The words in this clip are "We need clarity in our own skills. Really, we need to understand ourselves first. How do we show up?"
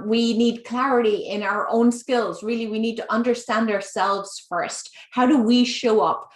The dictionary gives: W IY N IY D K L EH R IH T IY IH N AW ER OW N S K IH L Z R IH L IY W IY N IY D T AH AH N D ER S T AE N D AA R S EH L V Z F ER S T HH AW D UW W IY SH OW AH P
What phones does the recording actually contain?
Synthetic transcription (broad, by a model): W IY N IY D K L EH R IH T IY IH N AW ER OW N S K IH L Z R IH L IY W IY N IY D T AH AH N D ER S T AE N D AA R S EH L V Z F ER S T HH AW D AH W IY SH OW AH P